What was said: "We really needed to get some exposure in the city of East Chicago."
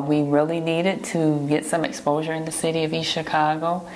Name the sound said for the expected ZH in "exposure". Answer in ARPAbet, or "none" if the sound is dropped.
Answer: ZH